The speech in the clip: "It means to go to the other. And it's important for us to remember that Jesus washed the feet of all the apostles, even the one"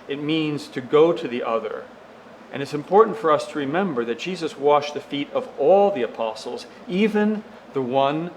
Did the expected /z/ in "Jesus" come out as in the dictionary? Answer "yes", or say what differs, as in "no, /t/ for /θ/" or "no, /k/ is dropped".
yes